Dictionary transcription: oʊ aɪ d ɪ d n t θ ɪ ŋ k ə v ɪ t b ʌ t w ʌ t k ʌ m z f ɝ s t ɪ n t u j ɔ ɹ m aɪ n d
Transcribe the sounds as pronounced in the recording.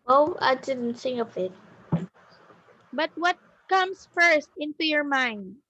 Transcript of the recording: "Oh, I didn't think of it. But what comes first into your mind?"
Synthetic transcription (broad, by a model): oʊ aɪ d ɪ d n t s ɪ ŋ ə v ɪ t b ʌ t w ʌ t k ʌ m s f ɝ s t ɪ n t u j ɔ ɹ m aɪ n d